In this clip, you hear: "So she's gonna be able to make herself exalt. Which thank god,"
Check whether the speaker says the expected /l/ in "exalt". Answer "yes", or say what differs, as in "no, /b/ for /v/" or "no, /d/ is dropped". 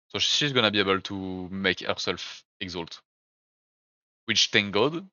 yes